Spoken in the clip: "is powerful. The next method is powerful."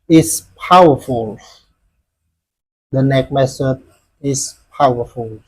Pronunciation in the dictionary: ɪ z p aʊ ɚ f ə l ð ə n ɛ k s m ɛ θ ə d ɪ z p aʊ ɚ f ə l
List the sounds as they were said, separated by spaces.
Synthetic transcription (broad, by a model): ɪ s p aʊ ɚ f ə l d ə n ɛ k m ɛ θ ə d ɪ s p aʊ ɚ f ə l